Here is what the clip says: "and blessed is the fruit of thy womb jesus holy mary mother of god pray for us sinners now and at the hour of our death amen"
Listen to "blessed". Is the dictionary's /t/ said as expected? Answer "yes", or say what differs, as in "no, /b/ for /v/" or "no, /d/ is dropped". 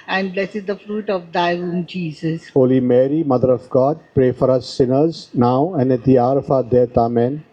no, /t/ is dropped